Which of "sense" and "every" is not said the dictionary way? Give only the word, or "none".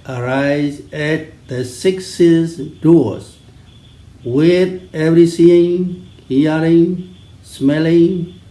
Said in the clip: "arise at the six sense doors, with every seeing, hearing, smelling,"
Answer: sense